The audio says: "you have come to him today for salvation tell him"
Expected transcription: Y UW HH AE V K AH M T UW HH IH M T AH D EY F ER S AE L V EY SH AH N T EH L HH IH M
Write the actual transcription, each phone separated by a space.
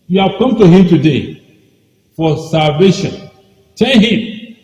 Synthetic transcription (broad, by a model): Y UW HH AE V K AH M T UW HH IH M T AH D EY F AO S AE L V EY SH AH N T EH N HH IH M